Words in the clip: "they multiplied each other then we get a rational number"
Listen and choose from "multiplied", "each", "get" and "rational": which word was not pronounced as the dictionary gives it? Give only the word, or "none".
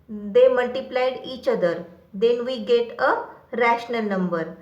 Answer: none